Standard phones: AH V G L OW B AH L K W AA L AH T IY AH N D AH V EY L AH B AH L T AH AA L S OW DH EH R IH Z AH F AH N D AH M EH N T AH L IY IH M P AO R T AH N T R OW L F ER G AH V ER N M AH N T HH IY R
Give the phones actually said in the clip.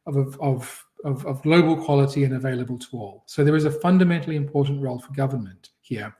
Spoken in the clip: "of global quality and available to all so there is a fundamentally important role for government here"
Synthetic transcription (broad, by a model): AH V G L OW B AH L K W AA L AH T IY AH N AH V EY L AH B AH L T AH AA L S OW DH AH R IH Z AH F AH N D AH M EH N T L IY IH M P AO R T N T R OW L F ER G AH V ER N M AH N T HH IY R